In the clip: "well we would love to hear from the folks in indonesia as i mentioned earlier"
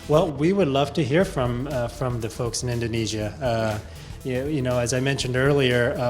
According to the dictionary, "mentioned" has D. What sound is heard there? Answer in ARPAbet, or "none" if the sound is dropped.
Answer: D